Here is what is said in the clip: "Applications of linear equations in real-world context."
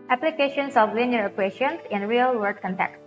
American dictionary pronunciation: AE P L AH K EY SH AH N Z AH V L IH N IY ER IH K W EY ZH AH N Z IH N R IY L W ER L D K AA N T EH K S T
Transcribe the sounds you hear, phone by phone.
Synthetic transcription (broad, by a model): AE P L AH K EY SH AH N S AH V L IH N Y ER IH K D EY SH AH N S IH N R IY L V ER D K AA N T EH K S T